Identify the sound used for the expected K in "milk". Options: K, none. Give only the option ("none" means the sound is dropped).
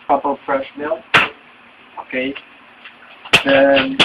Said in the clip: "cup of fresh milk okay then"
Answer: none